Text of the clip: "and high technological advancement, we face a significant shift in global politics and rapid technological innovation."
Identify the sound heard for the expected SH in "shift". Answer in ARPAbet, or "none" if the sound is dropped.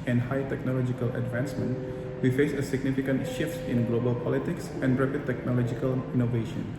SH